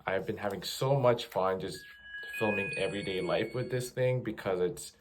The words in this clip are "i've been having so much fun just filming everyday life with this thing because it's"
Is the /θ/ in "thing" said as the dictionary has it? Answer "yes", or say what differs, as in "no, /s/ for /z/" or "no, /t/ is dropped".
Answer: yes